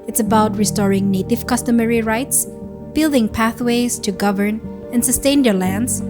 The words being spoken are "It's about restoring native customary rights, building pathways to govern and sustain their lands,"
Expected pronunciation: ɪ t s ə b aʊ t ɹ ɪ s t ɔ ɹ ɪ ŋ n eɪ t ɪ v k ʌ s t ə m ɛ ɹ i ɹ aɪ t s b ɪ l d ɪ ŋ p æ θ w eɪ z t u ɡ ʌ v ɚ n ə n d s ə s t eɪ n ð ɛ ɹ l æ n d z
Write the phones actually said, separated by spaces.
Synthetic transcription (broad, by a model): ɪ t s ə b aʊ t ɹ ɪ s t ɔ ɹ ɪ ŋ n eɪ t ɪ v k ʌ s t ə m ɛ ɹ i ɹ aɪ t s b ɪ l d ɪ ŋ p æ θ w eɪ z t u ɡ ʌ v ɚ n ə n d s ə s t eɪ n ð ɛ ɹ l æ n d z